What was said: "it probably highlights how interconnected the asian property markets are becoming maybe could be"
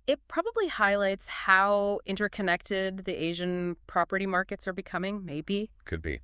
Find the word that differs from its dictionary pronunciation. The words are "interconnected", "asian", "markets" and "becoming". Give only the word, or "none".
none